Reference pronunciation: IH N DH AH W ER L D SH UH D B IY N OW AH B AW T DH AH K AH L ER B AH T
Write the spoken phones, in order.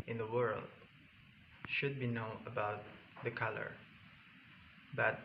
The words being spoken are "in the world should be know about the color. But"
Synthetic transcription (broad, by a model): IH N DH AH W ER L D SH UH D B IY N OW AH B AW T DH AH K AH L ER B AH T